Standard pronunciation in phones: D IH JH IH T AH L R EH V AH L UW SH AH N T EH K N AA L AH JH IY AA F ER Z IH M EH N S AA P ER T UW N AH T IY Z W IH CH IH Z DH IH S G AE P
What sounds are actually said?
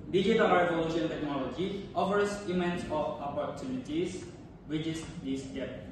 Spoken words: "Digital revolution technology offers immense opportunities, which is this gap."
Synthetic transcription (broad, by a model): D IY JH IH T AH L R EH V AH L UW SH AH N T EH K N AA L AH JH IY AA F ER S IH M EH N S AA P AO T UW N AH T IY S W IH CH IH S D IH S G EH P